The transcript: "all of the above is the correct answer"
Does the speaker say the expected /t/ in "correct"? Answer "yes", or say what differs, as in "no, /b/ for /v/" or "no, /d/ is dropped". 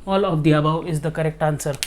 yes